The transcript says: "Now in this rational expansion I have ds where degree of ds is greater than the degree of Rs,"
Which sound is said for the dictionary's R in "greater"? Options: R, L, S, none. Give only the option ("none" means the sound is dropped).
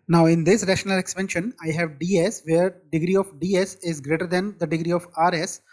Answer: R